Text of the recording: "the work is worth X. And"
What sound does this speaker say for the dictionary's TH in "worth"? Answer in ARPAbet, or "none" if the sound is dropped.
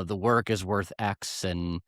TH